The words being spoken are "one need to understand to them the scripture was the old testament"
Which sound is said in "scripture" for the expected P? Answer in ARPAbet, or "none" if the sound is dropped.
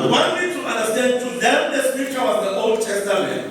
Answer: none